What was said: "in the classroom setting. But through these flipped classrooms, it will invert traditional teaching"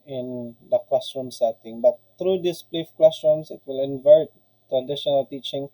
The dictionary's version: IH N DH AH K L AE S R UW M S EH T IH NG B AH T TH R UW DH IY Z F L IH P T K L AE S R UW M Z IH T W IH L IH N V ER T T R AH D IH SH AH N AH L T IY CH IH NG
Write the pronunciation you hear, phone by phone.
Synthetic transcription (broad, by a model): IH N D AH K L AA S R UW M S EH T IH NG B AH T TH R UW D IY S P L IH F K L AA S R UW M S IH T W IH L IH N V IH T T R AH D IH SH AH N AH L T IY CH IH NG